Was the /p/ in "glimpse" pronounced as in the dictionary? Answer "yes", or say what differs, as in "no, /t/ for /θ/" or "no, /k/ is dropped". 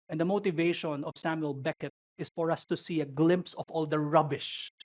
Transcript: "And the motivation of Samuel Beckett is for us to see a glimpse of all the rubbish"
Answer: yes